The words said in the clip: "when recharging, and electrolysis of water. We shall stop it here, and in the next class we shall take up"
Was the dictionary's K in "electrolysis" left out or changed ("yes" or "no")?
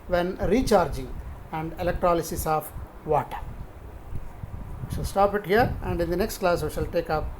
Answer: no